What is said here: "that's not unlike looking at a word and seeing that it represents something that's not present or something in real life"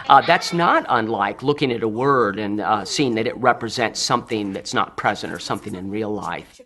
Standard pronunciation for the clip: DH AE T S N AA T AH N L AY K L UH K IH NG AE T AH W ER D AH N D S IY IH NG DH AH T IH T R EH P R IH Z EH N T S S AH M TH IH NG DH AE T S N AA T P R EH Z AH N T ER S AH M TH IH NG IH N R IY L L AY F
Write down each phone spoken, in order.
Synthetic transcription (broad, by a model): DH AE T S N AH T AH N L AY K L UH K IH NG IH T AH W ER D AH N S IY IH NG DH AH T IH T R EH P R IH Z EH N T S S AH M TH IH NG DH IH T S N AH T P R EH Z AH N T ER S AH M TH IH NG IH N R IY L L AY F